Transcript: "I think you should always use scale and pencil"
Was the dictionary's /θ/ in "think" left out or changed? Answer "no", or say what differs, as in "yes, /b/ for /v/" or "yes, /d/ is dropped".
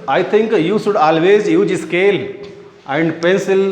yes, /t/ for /θ/